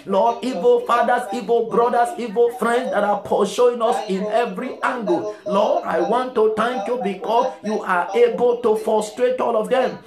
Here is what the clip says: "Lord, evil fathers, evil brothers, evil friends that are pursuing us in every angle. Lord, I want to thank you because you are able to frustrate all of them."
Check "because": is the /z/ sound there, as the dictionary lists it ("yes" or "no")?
no